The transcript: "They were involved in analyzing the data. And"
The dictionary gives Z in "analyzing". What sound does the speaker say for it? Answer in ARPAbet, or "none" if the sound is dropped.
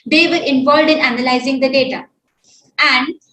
Z